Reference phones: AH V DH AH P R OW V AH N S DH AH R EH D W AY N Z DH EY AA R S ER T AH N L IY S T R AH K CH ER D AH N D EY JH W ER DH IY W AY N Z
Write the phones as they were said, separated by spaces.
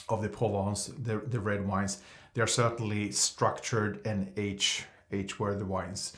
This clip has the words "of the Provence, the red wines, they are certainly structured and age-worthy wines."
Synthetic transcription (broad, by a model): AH V DH AH P OW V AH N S DH AH R EH D W AY N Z DH EY AA R S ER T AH N L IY S T R AH K CH ER D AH N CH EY CH W ER DH IY W AY N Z